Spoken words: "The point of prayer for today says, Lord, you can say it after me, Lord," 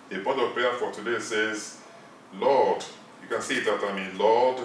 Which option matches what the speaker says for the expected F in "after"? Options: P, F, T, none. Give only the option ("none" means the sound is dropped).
none